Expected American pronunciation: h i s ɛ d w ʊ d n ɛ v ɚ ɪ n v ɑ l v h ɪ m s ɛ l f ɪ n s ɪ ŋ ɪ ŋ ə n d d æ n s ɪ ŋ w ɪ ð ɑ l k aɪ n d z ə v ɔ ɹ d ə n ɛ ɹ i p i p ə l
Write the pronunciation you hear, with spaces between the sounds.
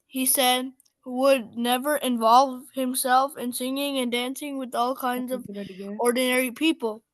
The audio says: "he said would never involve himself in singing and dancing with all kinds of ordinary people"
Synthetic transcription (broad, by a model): h i s ɛ d w ʊ d n ɛ v ɚ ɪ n v ɑ l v h ɪ m s ɛ l f ɪ n s ɪ ŋ ɪ ŋ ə n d d æ n s ɪ ŋ w ɪ ð ɑ l k aɪ n d z ə v ɔ ɹ d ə n ɛ ɹ i p i p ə l